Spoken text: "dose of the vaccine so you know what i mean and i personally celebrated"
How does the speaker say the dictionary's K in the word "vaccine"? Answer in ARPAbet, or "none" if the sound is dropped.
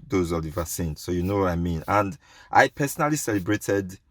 none